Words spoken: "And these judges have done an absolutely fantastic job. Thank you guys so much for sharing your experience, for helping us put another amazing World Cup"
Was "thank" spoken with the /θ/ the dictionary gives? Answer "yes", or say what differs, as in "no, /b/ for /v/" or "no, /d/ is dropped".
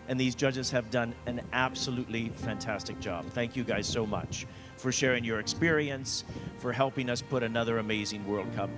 yes